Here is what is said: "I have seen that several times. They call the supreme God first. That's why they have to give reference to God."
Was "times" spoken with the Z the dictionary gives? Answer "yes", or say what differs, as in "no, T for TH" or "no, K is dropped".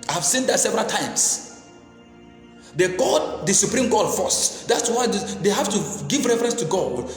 no, S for Z